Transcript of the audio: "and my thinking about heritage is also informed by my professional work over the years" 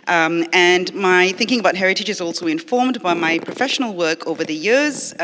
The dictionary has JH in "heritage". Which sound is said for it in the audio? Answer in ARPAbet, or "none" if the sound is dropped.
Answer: JH